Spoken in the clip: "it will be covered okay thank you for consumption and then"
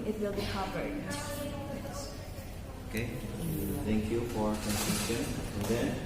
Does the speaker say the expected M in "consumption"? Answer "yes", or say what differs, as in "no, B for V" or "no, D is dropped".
no, M is dropped